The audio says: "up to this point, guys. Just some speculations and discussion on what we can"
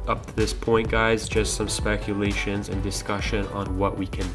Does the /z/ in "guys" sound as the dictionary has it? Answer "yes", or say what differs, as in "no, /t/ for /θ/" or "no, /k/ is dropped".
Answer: yes